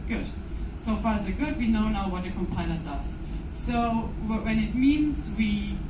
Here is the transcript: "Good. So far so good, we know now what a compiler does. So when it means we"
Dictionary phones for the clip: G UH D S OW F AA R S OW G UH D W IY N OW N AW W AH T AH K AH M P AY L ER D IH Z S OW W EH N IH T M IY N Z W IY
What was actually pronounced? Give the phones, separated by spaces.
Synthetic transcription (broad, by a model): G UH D S OW F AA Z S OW G UH D W IY N OW N AW W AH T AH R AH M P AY N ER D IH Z S OW W EH N IH T M IY N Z W IY